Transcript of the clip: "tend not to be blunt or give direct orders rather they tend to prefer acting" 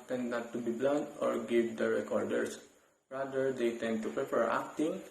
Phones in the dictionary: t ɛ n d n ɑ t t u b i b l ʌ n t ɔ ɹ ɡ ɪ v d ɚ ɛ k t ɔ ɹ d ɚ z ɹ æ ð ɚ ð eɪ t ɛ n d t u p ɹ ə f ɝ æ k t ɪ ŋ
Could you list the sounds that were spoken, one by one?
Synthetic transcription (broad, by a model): t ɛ n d n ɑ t t u b i b l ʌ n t ɔ ɹ ɡ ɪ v d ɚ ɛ k ɔ ɹ d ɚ s ɹ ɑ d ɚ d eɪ t ɛ n d t u p ɹ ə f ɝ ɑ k t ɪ ŋ